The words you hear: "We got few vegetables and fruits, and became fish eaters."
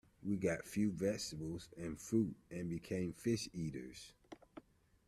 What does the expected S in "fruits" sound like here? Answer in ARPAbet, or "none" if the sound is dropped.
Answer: none